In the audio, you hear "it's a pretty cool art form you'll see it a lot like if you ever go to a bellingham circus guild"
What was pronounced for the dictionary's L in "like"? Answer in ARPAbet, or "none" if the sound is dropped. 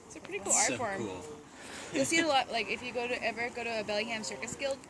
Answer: L